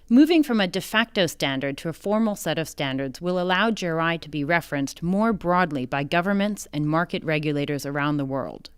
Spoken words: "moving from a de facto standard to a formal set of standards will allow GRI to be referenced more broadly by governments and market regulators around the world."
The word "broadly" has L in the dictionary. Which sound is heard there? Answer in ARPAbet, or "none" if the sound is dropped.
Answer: L